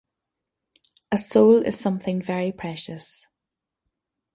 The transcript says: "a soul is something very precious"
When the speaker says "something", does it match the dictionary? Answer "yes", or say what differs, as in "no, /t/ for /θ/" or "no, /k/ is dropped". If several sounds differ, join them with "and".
yes